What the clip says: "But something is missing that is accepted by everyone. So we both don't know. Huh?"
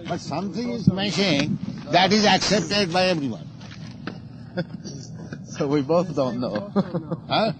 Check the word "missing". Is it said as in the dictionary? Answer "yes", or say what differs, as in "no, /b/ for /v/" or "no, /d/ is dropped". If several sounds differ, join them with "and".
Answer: no, /ʃ/ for /s/